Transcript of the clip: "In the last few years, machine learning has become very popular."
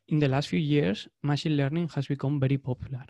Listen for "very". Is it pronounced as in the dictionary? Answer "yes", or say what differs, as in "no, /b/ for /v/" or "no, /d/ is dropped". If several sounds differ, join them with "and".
no, /b/ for /v/